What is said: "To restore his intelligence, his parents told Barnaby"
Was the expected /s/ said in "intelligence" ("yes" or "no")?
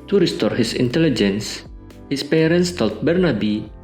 yes